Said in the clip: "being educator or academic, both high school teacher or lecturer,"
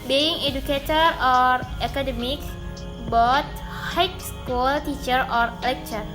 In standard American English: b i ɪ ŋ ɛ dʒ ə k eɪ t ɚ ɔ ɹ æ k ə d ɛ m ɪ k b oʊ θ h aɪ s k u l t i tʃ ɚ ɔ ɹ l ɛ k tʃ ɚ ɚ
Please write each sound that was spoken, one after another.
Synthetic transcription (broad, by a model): b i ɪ ŋ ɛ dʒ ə k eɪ t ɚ ɔ ɹ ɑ k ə d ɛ m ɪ k b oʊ t h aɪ s k u l t i tʃ ɚ ɔ ɹ l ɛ k tʃ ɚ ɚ